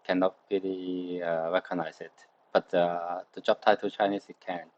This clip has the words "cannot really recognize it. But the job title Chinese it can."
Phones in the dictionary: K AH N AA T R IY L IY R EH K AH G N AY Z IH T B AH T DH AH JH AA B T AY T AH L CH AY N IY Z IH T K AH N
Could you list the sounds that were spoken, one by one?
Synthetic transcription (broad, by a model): K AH N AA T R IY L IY R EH K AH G N AY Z IH T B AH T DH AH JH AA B T AY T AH CH AY N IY S IH T K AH N